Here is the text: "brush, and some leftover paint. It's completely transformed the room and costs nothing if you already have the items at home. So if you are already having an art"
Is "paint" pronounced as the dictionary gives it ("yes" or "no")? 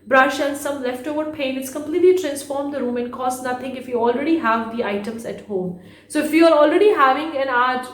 no